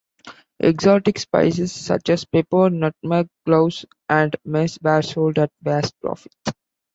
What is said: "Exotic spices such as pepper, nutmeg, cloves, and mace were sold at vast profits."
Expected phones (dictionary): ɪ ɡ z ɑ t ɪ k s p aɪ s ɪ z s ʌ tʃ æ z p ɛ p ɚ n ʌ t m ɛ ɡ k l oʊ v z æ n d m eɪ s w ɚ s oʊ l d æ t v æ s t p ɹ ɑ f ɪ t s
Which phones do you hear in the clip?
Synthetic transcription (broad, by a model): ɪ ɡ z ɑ t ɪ k s p aɪ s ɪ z s ʌ tʃ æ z p ɛ p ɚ n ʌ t m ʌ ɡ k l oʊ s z æ n d m eɪ s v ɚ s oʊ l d æ t v æ s t p ɹ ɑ f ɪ t